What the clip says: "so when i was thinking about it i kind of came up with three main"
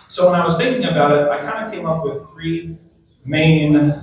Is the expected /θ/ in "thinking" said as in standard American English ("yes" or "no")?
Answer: yes